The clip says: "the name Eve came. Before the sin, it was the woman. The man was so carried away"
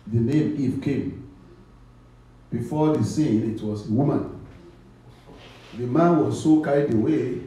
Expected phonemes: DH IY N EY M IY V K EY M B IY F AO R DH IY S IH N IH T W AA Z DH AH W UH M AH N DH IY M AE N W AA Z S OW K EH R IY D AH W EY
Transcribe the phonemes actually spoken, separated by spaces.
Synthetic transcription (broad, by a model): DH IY N EY M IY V K EY M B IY F AO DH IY S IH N IH T W AA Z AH W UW M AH N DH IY M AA N W AA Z S OW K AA IY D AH W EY